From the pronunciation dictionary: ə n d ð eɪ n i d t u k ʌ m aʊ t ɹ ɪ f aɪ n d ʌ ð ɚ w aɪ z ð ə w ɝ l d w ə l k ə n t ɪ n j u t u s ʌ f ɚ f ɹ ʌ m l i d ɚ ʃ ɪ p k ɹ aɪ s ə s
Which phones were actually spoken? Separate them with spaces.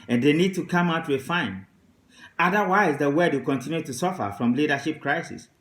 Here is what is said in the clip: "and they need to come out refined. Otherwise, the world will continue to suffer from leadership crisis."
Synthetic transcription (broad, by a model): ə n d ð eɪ n i d t u k ʌ m aʊ t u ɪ f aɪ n ʌ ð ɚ w aɪ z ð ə w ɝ d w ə k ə n t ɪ n j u t u s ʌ f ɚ f ɹ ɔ m l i d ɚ ʃ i p k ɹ aɪ s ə s